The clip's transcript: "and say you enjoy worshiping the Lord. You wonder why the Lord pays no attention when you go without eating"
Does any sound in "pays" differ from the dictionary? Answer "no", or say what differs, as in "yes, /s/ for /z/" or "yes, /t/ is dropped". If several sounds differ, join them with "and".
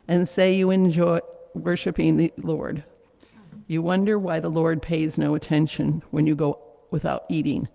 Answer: no